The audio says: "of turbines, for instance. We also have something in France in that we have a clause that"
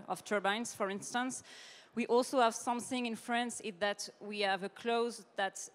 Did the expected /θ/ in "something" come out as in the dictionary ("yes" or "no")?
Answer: yes